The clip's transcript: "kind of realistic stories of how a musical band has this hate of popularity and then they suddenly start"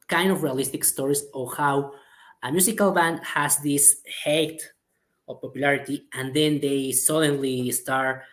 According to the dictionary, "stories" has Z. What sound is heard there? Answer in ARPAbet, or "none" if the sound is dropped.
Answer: S